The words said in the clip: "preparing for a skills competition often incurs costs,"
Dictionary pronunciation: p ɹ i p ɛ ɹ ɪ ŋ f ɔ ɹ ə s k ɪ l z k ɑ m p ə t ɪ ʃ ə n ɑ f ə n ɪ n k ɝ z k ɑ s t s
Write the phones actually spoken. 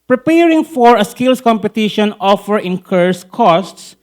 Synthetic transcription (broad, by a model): p ɹ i p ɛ ɹ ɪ ŋ f ɔ ɹ ə s k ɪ l s k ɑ m p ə t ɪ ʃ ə n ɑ f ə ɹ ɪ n k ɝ s k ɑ s t s